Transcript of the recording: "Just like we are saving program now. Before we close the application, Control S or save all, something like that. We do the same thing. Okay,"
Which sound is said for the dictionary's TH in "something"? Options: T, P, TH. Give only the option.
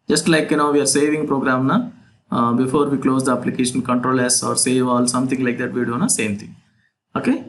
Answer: T